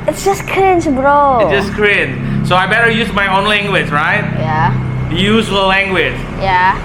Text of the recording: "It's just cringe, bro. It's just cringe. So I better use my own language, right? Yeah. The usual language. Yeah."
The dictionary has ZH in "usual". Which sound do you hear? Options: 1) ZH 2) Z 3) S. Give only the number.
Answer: 2